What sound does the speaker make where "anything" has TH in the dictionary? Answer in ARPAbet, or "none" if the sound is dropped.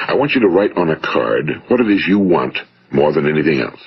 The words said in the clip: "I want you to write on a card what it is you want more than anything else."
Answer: TH